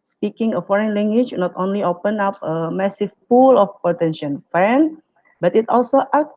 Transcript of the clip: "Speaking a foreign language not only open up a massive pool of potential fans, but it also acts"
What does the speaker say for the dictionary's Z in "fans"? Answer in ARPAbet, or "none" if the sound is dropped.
none